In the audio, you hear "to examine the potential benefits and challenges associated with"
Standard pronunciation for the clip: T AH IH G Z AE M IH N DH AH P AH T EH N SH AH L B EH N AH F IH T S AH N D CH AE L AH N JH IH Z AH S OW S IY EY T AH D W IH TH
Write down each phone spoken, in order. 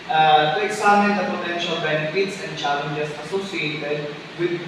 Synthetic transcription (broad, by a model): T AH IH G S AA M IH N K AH P AH T EH N SH AH L B EH N AH F IH T S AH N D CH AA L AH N JH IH S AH S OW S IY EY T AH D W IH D